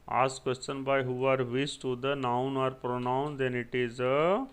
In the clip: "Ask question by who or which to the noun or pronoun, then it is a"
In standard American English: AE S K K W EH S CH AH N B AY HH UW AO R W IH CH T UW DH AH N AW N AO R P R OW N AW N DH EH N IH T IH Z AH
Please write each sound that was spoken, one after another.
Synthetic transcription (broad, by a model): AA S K K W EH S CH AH N B AY HH UW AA R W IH S T UW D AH N AW N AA R P R OW N AW N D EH N IH T IH Z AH